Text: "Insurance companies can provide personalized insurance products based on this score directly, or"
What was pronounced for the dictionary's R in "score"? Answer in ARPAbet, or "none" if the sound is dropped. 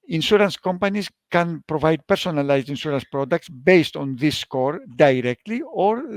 R